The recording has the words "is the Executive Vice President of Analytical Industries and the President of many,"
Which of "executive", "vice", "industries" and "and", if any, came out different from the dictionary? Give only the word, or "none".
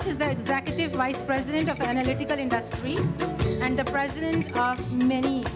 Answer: industries